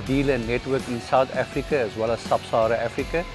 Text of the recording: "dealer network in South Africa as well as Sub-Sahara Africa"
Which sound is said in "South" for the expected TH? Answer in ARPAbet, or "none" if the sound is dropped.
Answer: T